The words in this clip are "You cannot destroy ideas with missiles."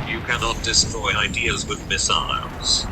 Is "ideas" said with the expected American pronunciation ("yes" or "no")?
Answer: yes